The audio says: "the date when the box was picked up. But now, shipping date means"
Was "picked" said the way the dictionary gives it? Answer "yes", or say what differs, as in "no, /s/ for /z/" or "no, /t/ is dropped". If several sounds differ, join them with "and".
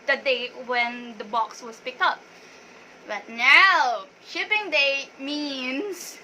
yes